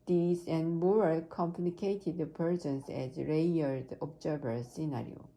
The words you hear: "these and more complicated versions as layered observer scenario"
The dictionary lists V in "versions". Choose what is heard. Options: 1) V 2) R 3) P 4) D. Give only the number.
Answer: 3